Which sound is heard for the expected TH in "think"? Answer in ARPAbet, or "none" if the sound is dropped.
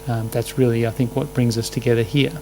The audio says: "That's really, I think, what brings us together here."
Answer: TH